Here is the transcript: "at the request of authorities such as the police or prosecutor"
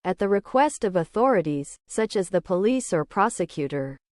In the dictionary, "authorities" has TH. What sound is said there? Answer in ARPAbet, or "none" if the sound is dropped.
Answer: TH